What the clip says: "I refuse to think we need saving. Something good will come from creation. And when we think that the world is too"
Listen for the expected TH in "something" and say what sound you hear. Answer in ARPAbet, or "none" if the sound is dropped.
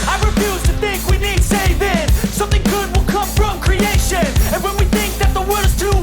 TH